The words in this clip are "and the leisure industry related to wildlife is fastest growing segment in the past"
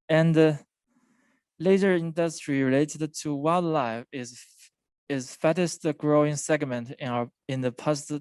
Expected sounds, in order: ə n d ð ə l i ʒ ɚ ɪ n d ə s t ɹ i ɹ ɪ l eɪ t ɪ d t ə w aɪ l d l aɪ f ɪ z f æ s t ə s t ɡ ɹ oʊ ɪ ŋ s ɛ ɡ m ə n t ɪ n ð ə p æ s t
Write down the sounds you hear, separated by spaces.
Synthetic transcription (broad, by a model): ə n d ð ə l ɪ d ɚ ɪ n d ə s t ɹ i ɹ ɪ l eɪ t ɪ d t ə w aɪ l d l aɪ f ɪ z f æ t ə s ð ɡ ɹ oʊ ɪ ŋ s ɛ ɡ m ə n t ɪ n ð ə p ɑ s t